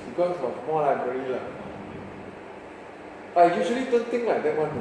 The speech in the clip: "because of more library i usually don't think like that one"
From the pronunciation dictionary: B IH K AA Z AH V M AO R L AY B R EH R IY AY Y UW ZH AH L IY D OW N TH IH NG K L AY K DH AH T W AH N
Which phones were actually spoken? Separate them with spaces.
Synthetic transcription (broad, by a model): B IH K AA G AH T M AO L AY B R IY L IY AY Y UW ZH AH L IY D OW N T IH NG L AY K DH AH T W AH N